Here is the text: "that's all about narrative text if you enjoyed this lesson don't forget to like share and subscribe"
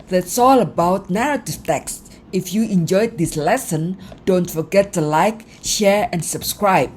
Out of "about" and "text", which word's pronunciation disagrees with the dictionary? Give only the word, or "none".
none